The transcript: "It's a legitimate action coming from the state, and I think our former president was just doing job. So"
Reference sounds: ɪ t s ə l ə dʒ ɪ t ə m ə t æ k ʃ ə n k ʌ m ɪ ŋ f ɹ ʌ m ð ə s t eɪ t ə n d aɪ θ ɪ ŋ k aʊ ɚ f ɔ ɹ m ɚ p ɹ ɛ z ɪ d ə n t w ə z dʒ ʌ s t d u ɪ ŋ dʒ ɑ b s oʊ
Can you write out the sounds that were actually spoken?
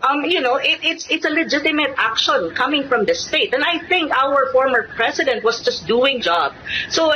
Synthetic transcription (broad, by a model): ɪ t s ə l ə dʒ ɪ t ə m ə t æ k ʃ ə n k ʌ m ɪ ŋ f ɹ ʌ m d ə s t eɪ t ə n d aɪ θ ɪ ŋ k aʊ ɚ f ɔ ɹ m ɚ p ɹ ɛ s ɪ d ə n t w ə s dʒ ʌ s t d u ɪ ŋ dʒ ɑ b s oʊ